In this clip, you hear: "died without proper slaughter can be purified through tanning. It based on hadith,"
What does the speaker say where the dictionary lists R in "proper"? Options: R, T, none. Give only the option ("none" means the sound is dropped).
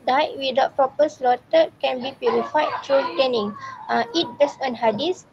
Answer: none